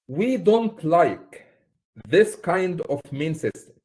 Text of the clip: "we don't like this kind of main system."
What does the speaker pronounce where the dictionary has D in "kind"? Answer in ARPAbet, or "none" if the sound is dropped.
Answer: D